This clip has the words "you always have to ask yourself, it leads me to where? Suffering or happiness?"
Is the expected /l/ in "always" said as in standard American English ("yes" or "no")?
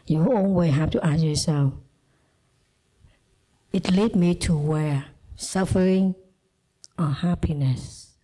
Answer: no